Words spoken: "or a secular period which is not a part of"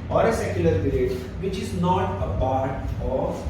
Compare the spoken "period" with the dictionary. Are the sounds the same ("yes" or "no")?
no